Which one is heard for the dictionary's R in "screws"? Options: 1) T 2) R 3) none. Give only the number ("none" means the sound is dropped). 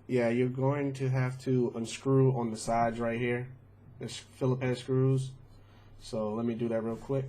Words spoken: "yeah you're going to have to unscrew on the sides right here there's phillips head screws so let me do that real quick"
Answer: 2